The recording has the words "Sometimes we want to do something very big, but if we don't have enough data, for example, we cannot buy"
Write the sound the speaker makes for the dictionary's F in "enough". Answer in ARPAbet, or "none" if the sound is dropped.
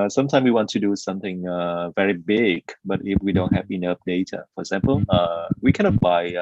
P